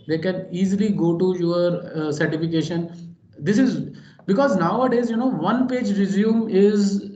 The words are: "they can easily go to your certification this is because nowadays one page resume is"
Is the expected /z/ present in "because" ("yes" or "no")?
yes